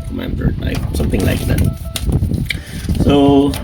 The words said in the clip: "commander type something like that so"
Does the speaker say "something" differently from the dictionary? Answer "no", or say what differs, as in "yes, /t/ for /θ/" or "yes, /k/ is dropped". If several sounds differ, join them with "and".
no